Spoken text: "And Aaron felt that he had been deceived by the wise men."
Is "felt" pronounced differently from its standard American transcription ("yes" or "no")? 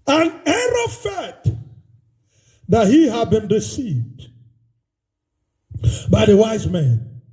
yes